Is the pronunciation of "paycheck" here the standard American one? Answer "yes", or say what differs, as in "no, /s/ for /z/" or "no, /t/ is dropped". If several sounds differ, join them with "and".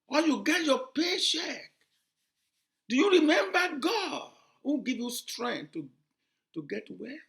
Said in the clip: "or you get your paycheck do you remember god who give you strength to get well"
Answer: no, /ʃ/ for /tʃ/